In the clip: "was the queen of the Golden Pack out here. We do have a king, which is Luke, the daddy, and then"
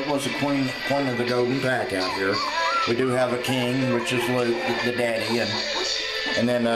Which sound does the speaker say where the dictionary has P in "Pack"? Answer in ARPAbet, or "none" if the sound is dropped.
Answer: P